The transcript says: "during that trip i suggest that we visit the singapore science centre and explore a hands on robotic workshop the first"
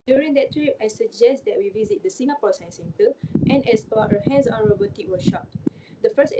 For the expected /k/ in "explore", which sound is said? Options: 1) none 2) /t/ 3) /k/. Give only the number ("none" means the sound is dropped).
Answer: 1